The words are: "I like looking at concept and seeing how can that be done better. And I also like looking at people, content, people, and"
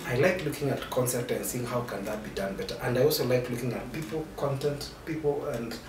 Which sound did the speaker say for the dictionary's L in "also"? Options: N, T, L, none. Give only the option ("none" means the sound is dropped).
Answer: L